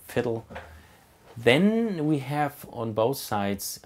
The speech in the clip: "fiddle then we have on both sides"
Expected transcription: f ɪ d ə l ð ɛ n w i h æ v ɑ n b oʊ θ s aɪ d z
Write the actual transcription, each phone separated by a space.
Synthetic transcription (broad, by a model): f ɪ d l ð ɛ n w i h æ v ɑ n b oʊ θ s aɪ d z